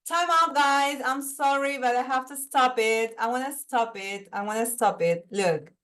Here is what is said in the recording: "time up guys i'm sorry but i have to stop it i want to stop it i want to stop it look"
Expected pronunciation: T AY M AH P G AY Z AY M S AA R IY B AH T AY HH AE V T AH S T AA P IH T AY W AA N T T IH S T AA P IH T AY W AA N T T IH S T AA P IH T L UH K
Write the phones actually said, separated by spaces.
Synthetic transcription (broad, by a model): T AY M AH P G AY Z AY M S AA R IY B AH T AY HH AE F T AH S T AA P IH T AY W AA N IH S T AA P IH T AY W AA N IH S T AA P IH T L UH K